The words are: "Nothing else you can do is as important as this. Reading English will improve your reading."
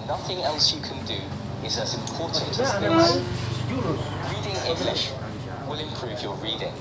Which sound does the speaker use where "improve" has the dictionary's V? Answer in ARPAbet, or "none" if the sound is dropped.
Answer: V